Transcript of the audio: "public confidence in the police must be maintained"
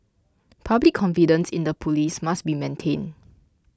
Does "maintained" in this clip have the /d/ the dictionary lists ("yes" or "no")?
no